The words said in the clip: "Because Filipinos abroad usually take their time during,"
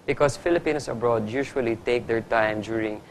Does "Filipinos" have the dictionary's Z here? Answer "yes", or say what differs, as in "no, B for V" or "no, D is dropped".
no, S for Z